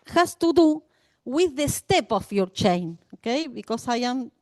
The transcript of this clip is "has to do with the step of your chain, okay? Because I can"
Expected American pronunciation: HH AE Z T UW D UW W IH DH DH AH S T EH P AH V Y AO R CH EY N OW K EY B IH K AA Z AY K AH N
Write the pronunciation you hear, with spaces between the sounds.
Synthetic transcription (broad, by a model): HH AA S T UW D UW W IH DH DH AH S T EH P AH F Y AO R CH EY N OW K EY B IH K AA S AY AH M